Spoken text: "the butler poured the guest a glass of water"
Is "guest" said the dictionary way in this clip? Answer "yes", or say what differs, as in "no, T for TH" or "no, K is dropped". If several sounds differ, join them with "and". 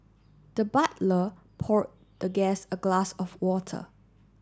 no, T is dropped